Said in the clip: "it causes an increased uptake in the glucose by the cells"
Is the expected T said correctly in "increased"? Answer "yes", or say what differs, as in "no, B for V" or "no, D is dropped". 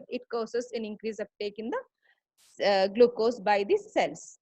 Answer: no, T is dropped